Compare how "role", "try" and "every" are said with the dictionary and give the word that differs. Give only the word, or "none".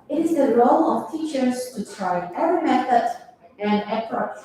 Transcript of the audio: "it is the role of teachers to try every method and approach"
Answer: every